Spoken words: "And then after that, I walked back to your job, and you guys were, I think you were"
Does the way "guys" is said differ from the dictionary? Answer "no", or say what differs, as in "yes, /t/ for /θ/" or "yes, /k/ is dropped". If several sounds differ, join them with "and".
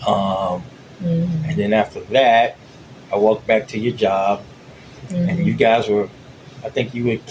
no